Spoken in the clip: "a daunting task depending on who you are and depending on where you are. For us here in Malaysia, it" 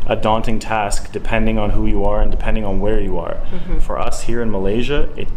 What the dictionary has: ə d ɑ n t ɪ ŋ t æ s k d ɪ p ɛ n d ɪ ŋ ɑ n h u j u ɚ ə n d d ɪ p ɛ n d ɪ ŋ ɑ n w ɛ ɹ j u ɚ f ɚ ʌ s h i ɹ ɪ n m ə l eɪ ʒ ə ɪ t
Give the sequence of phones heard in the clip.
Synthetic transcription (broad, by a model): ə d ɑ n t ɪ ŋ t æ s k d ɪ p ɛ n d ɪ ŋ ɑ n h u j u ɚ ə n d d ɪ p ɛ n d ɪ ŋ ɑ n w ɛ ɹ j u ɚ f ɚ ʌ s h i ɹ ɪ n m ə l eɪ ʒ ə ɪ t